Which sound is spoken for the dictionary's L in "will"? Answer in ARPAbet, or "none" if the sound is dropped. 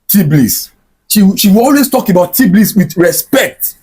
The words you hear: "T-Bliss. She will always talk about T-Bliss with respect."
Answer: W